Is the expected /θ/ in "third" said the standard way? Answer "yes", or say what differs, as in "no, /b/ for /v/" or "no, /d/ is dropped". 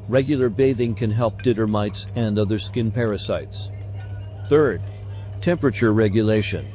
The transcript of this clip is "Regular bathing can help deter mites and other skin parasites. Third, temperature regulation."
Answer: yes